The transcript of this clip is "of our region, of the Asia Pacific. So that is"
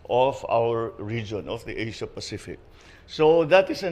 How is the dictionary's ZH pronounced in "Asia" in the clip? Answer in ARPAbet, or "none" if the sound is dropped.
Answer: SH